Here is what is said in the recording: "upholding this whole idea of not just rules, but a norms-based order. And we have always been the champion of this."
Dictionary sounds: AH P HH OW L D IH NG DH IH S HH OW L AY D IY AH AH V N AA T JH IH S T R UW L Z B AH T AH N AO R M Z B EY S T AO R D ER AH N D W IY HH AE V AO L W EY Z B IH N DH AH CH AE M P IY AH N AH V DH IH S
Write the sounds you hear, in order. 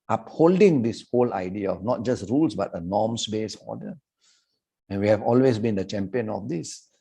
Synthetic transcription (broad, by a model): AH P HH OW L D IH NG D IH S HH OW L AY D IY AH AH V N AA T JH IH S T R UW L S B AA T AH N AO M S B EY S AO D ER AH N W IY HH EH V AO L W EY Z B IH N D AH CH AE M P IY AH N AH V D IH S